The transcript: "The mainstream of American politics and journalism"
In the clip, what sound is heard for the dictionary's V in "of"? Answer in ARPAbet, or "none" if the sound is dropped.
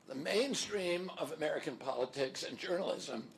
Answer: V